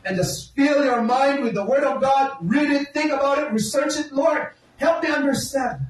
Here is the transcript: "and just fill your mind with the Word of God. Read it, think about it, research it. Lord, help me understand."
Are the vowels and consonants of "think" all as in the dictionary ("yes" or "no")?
yes